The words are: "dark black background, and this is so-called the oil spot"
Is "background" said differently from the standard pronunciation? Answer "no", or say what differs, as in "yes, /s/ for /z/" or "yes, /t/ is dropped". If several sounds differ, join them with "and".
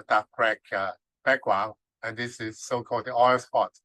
yes, /d/ is dropped